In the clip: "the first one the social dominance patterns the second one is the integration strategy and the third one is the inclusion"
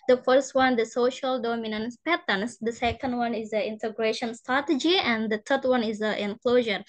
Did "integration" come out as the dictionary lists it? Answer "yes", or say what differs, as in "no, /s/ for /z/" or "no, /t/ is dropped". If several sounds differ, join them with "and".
yes